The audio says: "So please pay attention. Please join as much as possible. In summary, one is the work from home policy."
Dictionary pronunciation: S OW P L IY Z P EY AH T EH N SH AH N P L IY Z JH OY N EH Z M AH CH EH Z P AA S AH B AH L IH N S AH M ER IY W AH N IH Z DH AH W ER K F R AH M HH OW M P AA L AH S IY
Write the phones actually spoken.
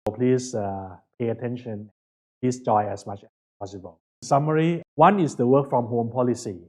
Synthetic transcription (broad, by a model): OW P L IY S P EY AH T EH N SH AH N P L IY S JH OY EH S M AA CH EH S P AA S AH B AH L S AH M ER IY W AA N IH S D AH W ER K F R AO M HH OW M P AA L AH S IY